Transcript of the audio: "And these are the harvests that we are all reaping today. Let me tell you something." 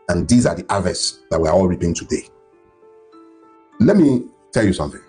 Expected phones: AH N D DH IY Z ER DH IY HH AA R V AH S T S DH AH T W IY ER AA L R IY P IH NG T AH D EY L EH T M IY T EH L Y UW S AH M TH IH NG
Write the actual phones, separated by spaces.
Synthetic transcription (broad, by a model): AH N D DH IY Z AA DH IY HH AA V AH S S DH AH T W IY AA AA L R IY P IH NG T AH D EY L EH T M IY T EH L Y UW S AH M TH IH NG